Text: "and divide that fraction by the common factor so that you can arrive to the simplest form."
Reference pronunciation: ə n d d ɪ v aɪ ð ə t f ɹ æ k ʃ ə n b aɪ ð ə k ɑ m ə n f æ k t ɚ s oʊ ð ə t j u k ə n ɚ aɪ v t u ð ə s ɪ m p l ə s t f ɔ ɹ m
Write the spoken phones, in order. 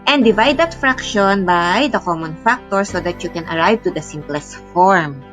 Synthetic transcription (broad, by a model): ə n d d ɪ v aɪ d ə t f ɹ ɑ k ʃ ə n b aɪ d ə k ɑ m ə n f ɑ k t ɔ s oʊ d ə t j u k ə n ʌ aɪ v t u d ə s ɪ m p l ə s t f ɔ ɹ m